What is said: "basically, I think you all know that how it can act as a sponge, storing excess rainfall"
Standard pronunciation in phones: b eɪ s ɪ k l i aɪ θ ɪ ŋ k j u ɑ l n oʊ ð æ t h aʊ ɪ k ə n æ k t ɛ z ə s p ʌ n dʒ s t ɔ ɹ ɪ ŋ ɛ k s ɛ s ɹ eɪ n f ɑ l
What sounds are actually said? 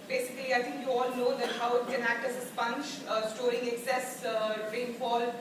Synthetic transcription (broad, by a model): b eɪ s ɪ k l i aɪ t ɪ ŋ k j u ɑ l n oʊ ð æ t h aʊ ɪ k ə n æ k t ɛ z ə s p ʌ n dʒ s t ɔ ɹ ɪ ŋ ɛ k s ɛ s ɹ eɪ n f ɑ l